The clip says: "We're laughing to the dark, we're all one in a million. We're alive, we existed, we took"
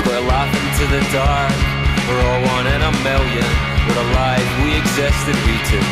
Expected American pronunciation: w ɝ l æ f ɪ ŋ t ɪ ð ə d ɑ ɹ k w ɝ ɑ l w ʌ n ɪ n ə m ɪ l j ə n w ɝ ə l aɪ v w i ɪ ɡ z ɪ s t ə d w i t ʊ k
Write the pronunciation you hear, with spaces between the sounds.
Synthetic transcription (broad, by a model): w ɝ l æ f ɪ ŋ t ɪ ð ə d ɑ ɹ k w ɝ ɑ l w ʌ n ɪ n ə m ɪ l j ə n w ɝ ə l aɪ v w i ɪ ɡ z ɪ s t ə d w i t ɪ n